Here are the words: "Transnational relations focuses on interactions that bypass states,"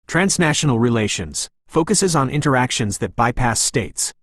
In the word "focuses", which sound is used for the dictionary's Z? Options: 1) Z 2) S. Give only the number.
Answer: 1